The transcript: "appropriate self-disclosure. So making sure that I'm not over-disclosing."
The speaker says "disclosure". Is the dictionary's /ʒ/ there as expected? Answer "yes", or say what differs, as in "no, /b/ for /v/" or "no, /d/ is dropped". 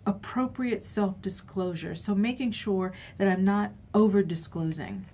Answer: yes